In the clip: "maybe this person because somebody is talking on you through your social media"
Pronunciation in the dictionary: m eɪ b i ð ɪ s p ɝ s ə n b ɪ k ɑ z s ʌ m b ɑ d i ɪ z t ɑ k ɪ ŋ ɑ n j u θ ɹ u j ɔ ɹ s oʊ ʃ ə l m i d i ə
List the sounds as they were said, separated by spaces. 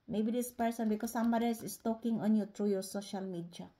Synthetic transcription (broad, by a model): m eɪ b i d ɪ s p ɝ s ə n b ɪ k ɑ s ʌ m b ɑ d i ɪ s t ɑ k ɪ ŋ ɑ n j u t ɹ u j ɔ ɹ s oʊ ʃ ə l m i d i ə